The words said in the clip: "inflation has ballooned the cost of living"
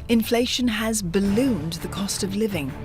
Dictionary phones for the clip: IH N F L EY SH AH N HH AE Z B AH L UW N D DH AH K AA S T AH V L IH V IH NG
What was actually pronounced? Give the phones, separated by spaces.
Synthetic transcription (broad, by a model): IH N F L EY SH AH N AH Z B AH L UW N DH AH K AA S T AH V L IH V IH NG